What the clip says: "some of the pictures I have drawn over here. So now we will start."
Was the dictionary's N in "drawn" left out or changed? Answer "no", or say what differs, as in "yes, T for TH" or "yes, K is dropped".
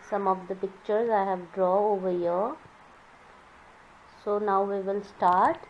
yes, N is dropped